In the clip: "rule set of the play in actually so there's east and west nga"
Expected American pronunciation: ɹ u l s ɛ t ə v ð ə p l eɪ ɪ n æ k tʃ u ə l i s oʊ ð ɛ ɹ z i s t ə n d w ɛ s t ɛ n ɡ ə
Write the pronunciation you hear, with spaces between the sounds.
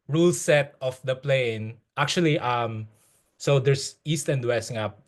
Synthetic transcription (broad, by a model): ɹ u l s ɛ t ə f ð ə p l eɪ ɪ n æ k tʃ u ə l i s oʊ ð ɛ ɹ s i s t ə n d w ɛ s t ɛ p